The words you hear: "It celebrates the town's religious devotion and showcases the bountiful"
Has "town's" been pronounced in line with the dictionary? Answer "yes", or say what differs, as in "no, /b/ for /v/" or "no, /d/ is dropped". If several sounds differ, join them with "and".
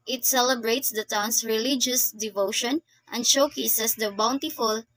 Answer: no, /s/ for /z/